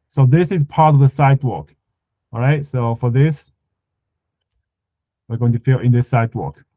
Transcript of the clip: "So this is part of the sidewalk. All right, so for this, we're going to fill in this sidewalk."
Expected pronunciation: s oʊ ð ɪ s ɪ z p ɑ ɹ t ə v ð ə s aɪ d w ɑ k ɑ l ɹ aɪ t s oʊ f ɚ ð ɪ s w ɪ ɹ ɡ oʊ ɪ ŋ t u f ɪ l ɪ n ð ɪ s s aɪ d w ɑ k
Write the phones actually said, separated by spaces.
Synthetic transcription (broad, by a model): s oʊ ð ɪ s ɪ z p ɑ ɹ t ə v ð ə s aɪ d w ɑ k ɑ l ɹ aɪ t s oʊ f ɚ ð ɪ s w ɪ ɹ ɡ oʊ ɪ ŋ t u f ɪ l ɪ n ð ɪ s s aɪ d w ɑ k